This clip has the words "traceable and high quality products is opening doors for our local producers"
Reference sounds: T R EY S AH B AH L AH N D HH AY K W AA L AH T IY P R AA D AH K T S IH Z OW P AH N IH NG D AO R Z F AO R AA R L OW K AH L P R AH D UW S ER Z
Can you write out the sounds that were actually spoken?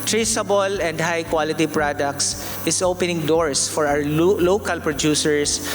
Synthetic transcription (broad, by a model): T R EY S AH B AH L AH N D HH AY K W AA L AH T IY P R AA D AH K T S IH S OW P AH N IH NG D AO R S F AO R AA W L OW K AH L P R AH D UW S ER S